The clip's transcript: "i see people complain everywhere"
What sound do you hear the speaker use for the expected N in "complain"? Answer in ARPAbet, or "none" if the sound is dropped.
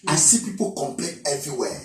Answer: none